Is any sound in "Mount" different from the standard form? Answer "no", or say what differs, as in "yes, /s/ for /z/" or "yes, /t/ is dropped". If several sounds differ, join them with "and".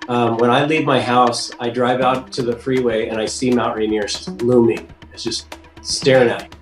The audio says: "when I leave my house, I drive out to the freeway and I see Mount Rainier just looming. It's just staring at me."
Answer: yes, /n/ is dropped